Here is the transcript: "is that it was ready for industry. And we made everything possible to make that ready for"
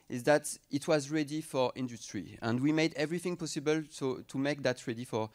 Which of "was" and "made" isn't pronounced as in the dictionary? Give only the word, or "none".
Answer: none